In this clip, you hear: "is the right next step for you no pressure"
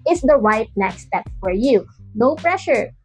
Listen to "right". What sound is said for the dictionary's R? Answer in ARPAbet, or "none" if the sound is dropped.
W